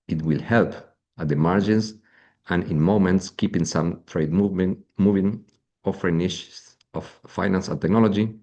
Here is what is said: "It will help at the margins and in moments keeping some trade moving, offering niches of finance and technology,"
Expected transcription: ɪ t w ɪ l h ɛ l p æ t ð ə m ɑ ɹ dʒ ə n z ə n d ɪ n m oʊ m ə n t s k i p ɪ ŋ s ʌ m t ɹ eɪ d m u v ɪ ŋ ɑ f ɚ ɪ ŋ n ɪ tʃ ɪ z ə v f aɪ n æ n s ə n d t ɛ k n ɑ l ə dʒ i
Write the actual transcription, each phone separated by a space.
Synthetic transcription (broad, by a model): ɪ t w ɪ l h ɛ l p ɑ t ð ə m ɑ ɹ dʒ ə n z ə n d ɪ n m oʊ m ə n t s k i p ɪ ŋ s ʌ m t ɹ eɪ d m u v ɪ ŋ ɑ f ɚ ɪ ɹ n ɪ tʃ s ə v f aɪ n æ n s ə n t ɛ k n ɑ l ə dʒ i